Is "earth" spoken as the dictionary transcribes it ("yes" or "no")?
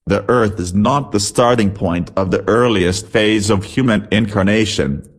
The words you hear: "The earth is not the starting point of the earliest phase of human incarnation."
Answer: yes